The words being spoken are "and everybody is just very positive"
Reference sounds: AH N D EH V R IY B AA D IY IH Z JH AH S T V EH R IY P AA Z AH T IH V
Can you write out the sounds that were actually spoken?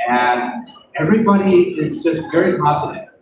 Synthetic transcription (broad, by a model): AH N EH V R IY B AA D IY IH Z JH AH S T V EH R IY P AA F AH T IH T